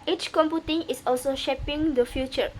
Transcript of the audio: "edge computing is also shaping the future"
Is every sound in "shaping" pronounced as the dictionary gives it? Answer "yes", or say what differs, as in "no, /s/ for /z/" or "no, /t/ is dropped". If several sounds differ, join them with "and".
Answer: yes